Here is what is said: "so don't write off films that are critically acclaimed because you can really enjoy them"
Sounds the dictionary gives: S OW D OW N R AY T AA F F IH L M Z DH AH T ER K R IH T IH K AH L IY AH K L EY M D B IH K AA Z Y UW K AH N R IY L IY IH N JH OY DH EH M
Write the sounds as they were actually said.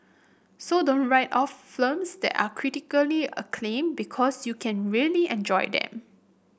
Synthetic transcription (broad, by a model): S OW D OW N R AY T AA F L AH M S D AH T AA K R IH T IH K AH L IY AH K L EY M B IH K AA S Y UW K AH N R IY L IY IH N JH OY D EH M